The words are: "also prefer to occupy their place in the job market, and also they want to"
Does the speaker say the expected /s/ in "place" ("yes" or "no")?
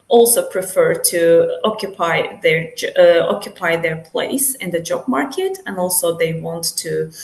yes